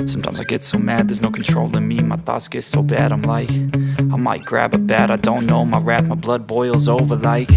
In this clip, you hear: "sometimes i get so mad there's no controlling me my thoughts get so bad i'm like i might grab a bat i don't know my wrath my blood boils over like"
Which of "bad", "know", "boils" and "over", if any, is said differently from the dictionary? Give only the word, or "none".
none